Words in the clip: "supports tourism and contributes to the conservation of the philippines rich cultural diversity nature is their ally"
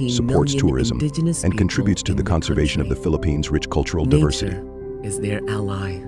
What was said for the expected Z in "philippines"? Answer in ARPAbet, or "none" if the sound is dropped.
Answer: Z